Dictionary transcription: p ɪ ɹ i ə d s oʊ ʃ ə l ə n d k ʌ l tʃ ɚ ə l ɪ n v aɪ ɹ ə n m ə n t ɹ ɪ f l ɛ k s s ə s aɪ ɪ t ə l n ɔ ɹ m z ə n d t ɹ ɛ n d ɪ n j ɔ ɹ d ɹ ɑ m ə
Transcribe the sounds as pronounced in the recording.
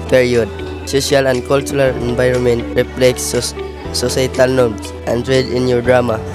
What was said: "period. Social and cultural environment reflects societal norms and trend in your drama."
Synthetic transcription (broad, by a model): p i ɹ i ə d s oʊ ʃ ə l ə n d k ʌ l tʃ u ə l ɪ n v aɪ ɹ ə n m ə n t ɹ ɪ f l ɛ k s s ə s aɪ t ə l n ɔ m s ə n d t ɹ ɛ d ɪ n j ɔ ɹ d ɹ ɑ m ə